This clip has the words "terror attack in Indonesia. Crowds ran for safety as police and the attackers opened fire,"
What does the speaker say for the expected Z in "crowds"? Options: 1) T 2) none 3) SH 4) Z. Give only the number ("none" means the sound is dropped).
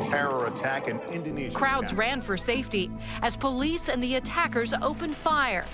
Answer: 4